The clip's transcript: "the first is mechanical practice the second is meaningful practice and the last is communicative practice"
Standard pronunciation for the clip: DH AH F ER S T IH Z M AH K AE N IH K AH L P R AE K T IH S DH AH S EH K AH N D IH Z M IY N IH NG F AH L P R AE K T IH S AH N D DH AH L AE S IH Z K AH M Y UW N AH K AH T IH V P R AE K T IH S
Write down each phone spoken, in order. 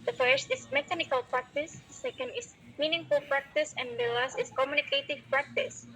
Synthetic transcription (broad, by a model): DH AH F ER S T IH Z M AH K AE N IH K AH L P R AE K T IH S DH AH S EH K AH N D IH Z M IY N IH NG F AH L P R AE K T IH S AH N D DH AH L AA S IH S K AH M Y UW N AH K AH T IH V P R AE K T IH S